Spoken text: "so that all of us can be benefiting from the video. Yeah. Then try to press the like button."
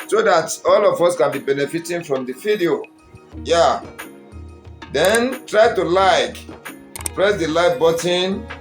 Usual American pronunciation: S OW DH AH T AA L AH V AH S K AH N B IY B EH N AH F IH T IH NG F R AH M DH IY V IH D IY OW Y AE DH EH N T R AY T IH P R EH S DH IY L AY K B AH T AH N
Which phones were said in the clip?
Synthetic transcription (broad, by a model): S OW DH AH T AA L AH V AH S K AH N B IY B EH N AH F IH T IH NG F R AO M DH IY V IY D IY OW Y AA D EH N T R AY T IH P R EH S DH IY L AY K B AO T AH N